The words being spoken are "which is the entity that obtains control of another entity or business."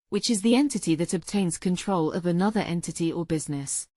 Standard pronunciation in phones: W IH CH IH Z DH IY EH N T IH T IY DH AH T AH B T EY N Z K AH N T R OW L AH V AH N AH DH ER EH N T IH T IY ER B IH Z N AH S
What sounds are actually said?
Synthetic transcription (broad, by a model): W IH CH IH Z DH IY EH N T IH T IY DH AH T AH B T EY N Z K AH N T R OW L AH V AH N AH DH ER EH N T IH T IY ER B IH Z N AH S